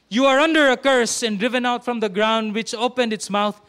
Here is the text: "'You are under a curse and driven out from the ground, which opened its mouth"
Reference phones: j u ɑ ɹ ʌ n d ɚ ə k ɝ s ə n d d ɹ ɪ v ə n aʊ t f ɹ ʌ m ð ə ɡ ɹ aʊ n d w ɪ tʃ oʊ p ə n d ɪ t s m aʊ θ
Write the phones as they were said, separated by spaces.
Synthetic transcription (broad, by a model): j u ɑ ɹ ʌ n d ɚ ə k ɝ s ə n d d ɹ ɪ v ə n aʊ t f ɹ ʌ m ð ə ɡ ɹ aʊ n d w ɪ tʃ oʊ p ə n d ɪ t s m aʊ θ